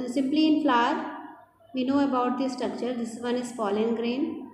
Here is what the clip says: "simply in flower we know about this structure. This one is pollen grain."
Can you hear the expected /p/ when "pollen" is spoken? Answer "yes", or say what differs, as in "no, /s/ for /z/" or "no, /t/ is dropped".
no, /f/ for /p/